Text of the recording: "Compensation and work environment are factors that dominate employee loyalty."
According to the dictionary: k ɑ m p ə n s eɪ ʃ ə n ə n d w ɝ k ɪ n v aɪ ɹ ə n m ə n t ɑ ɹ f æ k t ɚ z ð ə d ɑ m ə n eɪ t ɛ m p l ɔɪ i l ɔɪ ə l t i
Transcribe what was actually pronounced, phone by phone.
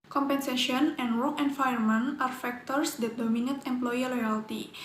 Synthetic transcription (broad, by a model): k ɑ m p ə n s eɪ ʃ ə n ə n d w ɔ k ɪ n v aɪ ə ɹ m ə n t ɑ ɹ f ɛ k t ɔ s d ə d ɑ m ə n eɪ t ɛ m p l ɔɪ i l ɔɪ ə l t i